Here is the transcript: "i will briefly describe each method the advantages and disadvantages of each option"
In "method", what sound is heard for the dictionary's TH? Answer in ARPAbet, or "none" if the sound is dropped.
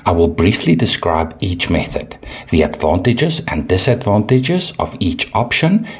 TH